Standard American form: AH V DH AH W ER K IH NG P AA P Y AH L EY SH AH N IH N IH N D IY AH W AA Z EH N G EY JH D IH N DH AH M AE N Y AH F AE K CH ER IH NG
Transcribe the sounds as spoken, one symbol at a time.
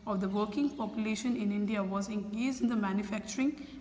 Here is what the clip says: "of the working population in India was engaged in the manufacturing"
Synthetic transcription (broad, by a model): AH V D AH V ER K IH NG P AA P Y AH L EY SH AH N IH N IH N D IY AH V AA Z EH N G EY Z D IH N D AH M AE N Y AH F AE K CH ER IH NG